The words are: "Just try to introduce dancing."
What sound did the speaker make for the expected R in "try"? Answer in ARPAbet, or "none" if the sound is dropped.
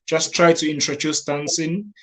R